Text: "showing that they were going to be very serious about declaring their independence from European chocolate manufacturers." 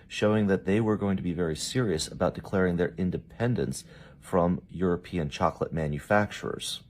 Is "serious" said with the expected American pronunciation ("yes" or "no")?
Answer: yes